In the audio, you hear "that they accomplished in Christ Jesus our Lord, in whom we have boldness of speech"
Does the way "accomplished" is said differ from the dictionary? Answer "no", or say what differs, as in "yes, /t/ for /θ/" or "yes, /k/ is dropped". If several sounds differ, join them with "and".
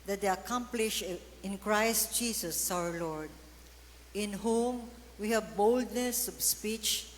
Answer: yes, /t/ is dropped